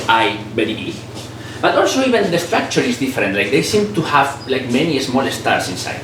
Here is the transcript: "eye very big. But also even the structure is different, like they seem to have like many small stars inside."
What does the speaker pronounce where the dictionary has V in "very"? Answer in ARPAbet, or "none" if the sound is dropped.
B